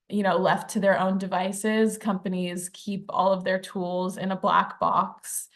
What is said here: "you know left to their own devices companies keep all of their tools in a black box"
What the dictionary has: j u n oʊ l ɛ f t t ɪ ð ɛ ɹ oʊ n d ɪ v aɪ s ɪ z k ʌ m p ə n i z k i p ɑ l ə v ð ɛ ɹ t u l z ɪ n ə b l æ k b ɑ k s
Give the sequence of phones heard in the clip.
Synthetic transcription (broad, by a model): j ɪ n oʊ l ɛ f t t ɪ ð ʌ ɹ oʊ n d ɪ v aɪ s ɪ z k ʌ m p ə n i z k i p ɑ l ə v ð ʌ ɹ t u l z ɪ n ə b l æ k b ɑ k s